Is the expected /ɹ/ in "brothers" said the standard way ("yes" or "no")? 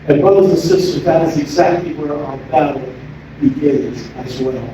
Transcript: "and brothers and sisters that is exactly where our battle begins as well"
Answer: no